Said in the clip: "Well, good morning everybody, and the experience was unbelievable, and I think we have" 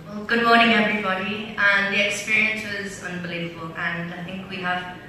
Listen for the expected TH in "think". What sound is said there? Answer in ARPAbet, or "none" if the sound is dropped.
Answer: TH